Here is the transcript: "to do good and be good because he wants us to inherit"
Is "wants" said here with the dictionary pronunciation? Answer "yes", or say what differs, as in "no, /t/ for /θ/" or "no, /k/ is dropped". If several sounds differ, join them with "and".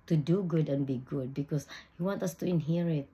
no, /s/ is dropped